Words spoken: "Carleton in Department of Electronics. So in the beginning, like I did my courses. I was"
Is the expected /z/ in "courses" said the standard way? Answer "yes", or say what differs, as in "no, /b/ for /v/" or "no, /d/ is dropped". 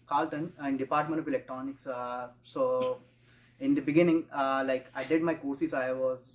no, /s/ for /z/